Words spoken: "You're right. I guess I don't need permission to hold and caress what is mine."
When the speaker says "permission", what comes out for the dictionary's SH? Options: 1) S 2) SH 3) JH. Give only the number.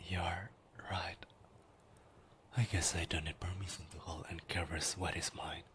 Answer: 1